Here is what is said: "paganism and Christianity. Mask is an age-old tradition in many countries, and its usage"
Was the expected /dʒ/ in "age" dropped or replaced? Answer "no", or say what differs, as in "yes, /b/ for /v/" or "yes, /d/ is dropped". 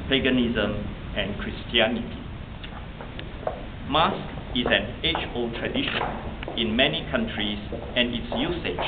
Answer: yes, /tʃ/ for /dʒ/